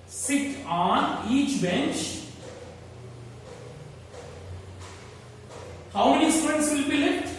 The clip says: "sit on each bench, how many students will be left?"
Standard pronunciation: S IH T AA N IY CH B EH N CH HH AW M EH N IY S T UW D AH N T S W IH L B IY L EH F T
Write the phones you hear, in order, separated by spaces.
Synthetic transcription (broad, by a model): S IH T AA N IY CH B EH N CH HH AW M EH N IY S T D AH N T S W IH L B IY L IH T